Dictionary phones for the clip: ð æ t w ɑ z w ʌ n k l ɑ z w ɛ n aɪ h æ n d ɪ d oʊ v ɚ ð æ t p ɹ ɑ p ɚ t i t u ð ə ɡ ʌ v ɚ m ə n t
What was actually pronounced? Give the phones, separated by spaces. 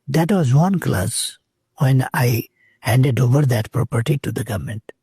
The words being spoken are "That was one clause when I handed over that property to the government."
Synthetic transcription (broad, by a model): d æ t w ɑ z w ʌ n k l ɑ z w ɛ n aɪ h æ n d ɪ d oʊ v ɚ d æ t p ɹ ɑ p ɚ t i t u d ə ɡ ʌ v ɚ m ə n t